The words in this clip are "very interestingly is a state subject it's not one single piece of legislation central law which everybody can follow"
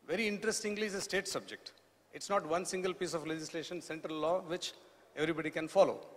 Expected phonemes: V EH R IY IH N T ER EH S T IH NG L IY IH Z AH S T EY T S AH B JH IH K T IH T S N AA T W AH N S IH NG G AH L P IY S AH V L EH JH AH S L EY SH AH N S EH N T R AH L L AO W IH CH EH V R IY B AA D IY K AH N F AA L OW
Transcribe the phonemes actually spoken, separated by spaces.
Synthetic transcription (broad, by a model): V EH R IY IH N T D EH S T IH NG L IY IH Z AH S T EY T S AH B JH IH K T IH T S N AA T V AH N S IH NG G AH L P IY S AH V L EH JH AH S L EY SH AH N S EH N T R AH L L AO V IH CH EH V R IY B AA D IY K AH N F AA L OW